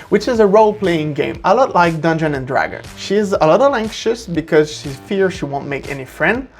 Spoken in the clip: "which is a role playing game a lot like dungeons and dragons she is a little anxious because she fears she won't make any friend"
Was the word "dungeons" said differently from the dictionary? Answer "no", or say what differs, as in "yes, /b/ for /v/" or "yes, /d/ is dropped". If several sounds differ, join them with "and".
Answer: yes, /z/ is dropped